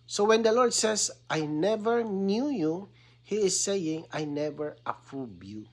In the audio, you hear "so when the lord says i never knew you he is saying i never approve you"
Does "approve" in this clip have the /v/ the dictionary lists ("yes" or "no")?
no